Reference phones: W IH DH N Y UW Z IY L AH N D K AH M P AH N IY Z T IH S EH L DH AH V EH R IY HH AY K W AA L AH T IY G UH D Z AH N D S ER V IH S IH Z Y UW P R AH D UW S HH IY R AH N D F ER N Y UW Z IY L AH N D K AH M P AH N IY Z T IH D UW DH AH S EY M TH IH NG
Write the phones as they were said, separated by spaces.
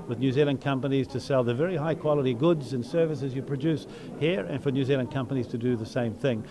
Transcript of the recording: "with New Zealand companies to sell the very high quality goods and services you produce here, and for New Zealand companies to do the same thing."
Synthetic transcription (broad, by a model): W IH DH N Y UW Z IY L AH N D K AH M P AH N IY Z T IH S EH L DH AH V EH R IY HH AY K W AA L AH T IY G UH D Z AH N S ER V IH S IH Z Y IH P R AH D UW S HH IY R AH N F ER N Y UW Z IY L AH N K AH M P AH N IY Z T IH D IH DH AH S EY M TH IH NG